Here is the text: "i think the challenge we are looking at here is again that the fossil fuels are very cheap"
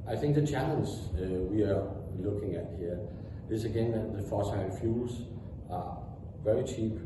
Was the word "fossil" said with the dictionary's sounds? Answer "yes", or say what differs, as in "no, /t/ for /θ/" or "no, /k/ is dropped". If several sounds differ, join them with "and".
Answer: no, /n/ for /l/